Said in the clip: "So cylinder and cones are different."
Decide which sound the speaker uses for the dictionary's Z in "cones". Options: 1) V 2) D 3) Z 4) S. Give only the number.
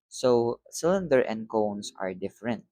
4